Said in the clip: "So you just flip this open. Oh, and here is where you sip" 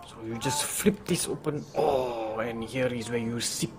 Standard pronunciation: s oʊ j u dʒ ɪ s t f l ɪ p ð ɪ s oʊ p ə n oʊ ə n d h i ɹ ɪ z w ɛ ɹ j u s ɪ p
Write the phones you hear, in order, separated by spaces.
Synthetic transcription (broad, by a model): s oʊ j u dʒ ɪ s t f l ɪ p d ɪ s oʊ p ə n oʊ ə n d h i ɹ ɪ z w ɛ j u s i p